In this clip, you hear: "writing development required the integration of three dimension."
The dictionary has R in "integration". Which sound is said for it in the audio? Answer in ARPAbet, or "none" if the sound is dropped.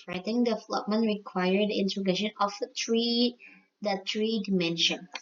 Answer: none